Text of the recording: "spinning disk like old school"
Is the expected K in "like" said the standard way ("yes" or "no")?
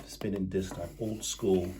no